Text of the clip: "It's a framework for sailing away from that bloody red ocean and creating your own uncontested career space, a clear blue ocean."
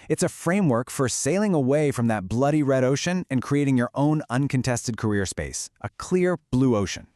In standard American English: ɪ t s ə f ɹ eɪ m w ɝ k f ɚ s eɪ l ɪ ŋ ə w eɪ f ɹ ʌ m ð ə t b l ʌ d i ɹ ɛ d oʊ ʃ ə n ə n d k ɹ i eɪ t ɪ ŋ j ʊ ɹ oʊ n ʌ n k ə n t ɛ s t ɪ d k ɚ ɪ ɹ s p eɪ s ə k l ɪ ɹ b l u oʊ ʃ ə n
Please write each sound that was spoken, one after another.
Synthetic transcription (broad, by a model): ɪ t s ə f ɹ eɪ m w ɝ k f ɚ s eɪ l ɪ ŋ ə w eɪ f ɹ ʌ m ð ə t b l ʌ d i ɹ ɛ d oʊ ʃ ə n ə n k ɹ i eɪ t ɪ ŋ j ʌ ɹ oʊ n ʌ n k ə n t ɛ s t ɪ d k ɚ ɪ ɹ s p eɪ s ə k l ɪ ɹ b l u oʊ ʃ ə n